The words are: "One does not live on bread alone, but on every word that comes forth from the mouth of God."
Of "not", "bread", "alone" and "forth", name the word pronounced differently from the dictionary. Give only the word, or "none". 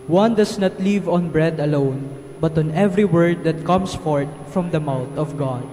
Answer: forth